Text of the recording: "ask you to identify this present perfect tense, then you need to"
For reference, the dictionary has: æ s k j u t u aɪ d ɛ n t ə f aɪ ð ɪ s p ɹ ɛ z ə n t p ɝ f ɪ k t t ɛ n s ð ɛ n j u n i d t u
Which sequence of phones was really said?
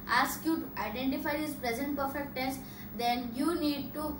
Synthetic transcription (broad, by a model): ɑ s k j u t u aɪ d ɛ n t ə f aɪ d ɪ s p ɹ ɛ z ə n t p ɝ f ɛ k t t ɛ s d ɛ n j u n i d t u